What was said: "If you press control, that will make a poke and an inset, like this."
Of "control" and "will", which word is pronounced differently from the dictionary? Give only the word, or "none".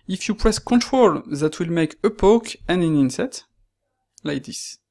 none